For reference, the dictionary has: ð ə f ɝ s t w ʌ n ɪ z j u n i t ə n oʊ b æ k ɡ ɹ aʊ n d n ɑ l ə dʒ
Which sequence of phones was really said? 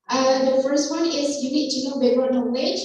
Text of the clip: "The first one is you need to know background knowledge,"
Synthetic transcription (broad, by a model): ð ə f ɝ s t w ʌ n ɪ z j u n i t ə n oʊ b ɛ ɡ aʊ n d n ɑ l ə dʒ